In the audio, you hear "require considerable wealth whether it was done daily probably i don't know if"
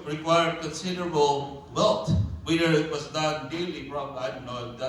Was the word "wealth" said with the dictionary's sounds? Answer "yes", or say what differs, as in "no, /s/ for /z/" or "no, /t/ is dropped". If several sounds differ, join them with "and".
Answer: no, /t/ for /θ/